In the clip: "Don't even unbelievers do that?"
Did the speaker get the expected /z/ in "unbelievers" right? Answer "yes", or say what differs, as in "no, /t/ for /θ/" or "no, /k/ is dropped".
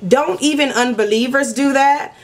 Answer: yes